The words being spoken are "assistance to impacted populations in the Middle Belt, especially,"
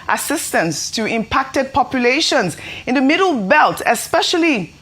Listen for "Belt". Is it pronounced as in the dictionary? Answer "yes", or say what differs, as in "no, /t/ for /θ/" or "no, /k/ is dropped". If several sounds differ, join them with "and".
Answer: yes